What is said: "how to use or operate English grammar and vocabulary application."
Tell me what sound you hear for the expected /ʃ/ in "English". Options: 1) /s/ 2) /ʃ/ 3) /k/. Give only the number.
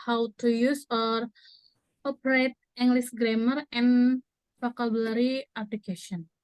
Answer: 1